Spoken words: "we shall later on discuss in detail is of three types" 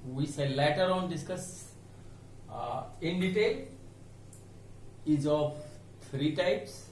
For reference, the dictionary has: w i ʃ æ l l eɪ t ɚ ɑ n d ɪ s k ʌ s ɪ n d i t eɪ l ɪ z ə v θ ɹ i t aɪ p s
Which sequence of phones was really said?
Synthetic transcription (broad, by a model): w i s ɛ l l eɪ t ɚ ɑ n d ɪ s k ʌ s ɪ n d i t eɪ l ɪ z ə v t ɹ i t aɪ p s